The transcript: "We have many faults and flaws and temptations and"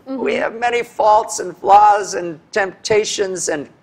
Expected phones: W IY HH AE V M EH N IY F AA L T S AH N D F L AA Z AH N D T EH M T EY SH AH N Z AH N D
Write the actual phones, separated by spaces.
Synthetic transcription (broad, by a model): W IY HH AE V M EH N IY F AA L T S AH N F L AA Z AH N T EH M T EY SH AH N Z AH N